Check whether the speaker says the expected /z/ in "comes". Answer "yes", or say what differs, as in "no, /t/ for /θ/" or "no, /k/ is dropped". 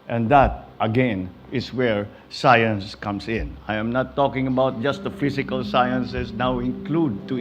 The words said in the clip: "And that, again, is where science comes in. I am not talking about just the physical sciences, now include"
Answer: no, /s/ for /z/